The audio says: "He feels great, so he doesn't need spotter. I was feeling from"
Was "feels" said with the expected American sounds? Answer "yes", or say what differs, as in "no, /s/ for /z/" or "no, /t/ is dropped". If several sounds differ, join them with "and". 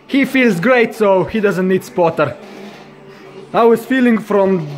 yes